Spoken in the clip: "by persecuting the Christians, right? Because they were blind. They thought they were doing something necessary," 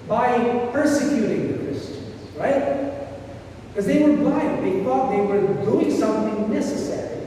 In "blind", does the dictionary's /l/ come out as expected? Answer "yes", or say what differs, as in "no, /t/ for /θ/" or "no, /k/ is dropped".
no, /l/ is dropped